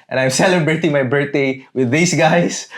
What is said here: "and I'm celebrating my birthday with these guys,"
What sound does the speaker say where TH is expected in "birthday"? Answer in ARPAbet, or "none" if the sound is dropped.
T